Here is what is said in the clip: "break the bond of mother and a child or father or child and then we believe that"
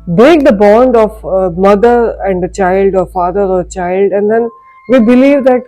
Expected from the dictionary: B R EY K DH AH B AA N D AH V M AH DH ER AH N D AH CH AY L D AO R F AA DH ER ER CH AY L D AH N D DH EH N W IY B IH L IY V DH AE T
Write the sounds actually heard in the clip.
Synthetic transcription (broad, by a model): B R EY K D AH B AA N D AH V M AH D ER AH N D AH CH AY L D AO R F AA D ER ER CH AY L D AH N D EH N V IY B IH L IY V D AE T